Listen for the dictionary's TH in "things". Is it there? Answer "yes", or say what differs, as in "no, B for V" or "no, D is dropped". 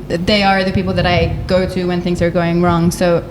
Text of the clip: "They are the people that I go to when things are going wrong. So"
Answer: yes